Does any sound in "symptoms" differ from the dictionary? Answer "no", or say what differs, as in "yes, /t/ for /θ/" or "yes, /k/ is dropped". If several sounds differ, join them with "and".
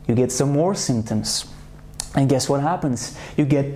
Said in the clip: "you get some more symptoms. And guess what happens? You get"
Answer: no